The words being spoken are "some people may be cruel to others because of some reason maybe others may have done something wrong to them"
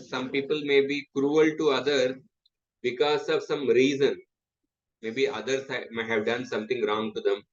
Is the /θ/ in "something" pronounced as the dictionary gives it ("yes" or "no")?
no